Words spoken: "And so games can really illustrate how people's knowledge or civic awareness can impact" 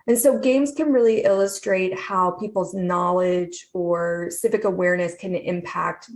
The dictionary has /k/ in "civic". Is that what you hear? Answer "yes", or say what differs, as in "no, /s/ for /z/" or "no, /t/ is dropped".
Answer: yes